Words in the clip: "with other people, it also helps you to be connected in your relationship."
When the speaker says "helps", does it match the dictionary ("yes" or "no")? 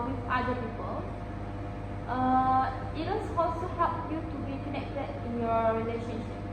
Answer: no